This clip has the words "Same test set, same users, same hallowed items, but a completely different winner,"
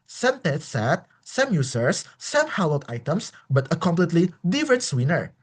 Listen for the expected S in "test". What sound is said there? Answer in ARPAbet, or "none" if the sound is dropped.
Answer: none